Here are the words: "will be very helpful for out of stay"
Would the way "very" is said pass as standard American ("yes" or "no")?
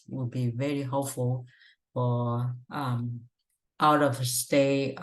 yes